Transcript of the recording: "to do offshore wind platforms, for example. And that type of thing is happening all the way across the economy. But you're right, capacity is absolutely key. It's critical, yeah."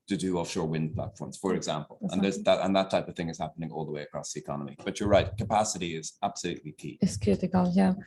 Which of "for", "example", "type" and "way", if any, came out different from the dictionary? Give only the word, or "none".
none